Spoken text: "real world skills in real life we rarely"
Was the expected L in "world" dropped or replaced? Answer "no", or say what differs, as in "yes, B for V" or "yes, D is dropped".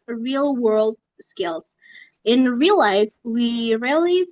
no